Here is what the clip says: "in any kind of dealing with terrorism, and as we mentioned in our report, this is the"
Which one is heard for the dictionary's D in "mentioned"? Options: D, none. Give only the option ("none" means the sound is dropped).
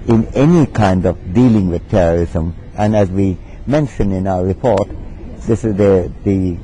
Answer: none